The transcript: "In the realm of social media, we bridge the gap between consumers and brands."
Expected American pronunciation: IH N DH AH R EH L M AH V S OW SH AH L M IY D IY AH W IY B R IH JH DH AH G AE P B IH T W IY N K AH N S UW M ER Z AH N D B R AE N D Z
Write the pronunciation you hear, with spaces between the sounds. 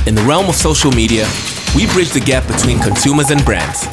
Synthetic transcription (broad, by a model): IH N DH AH R EH L M AH V S OW SH L M IY D IY AH W IY B R IH JH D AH G AE P B IH T W IY N K AH N S UW M ER Z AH N B R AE N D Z